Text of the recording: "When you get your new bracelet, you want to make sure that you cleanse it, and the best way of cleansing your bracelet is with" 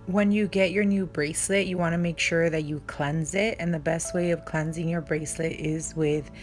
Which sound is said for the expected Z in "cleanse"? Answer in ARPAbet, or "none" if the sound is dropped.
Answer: Z